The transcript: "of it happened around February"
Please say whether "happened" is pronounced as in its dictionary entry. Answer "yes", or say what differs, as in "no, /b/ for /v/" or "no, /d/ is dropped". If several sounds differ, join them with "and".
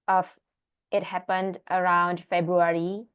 yes